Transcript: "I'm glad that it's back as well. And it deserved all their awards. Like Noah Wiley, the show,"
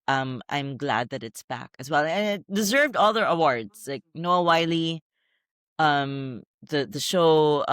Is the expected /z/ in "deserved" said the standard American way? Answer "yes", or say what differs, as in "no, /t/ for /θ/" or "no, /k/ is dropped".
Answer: yes